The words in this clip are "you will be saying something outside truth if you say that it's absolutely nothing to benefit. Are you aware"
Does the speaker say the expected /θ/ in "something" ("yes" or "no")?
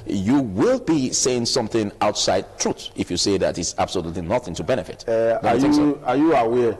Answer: yes